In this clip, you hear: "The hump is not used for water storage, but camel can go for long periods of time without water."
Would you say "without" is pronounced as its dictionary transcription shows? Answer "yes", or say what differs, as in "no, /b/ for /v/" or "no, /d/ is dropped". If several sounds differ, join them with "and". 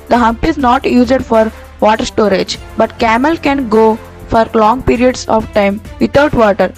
no, /t/ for /θ/